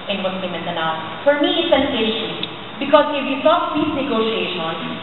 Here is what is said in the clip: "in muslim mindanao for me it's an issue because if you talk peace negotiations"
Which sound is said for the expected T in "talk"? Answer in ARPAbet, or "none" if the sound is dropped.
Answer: S